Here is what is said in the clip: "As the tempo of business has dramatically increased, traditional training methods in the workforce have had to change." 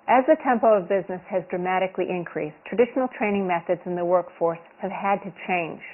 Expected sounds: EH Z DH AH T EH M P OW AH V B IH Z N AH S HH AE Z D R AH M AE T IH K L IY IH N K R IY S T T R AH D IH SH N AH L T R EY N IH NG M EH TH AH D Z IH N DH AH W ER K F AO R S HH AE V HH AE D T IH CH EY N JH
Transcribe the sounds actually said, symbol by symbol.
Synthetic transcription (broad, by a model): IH Z DH AH T EH M P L AH V B IH Z N AH S HH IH Z D R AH M AE T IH K L IY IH N K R IY S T T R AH D IH SH N L T R EY N IH NG M EH TH AH D Z IH N DH AH W ER K F AO R S HH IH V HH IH D T IH CH EY N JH